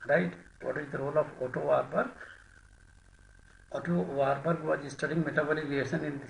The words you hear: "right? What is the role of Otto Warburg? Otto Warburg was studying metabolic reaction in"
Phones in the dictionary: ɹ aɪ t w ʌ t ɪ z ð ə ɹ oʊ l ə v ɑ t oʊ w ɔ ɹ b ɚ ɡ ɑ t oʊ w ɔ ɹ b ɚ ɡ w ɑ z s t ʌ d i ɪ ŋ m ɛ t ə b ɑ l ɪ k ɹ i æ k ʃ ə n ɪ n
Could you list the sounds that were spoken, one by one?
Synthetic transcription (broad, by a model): ɹ aɪ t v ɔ t ɪ z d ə ɹ oʊ l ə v ɑ t oʊ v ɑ ɹ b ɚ ɑ t oʊ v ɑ ɹ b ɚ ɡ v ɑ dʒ s t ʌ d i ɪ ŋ m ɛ t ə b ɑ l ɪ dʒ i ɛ ʃ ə n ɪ n